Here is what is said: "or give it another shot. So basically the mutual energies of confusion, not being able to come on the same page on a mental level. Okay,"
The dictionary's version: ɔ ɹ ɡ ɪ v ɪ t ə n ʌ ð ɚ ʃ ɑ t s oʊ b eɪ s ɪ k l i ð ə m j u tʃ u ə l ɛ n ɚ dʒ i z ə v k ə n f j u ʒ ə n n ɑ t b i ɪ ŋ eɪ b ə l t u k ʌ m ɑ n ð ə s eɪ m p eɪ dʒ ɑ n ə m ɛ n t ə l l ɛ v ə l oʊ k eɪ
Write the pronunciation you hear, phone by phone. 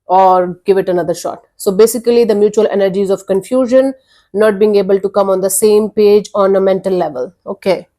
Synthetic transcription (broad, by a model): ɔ ɹ ɡ ɪ v ɪ t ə n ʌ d ɚ ʃ ɑ t s oʊ b eɪ s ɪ k l i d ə m j u tʃ u ə l ɛ n ɚ dʒ i z ə v k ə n f j u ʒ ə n n ɑ t b i ɪ ŋ eɪ b ə l t u k ʌ m ɑ n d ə s eɪ m p eɪ dʒ ɑ n ə m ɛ n t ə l l ɛ v ə l oʊ k eɪ